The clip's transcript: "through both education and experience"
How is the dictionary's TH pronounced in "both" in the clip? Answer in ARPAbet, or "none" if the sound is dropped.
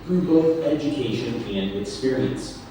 TH